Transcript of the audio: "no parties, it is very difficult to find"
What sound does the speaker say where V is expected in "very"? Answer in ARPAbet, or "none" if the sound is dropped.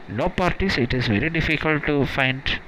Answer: V